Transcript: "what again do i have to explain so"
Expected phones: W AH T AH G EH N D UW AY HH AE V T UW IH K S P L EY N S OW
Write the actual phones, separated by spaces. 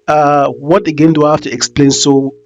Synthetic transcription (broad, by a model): W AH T AH G EH N D UW HH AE F T UW IH K S P L EY N S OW